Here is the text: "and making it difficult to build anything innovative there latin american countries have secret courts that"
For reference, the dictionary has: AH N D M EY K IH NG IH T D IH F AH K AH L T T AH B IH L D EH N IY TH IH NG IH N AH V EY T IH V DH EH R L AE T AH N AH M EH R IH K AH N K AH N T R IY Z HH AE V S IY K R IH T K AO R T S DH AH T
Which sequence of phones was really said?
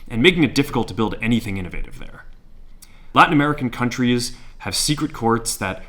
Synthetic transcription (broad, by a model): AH N M EY K IH NG IH T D IH F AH K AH L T T AH B IH L D EH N IY TH IH NG IH N AH V EY T IH V DH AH R L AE T N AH M EH R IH K N K AH N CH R IY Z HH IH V S IY K R IH T K AO R T S DH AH T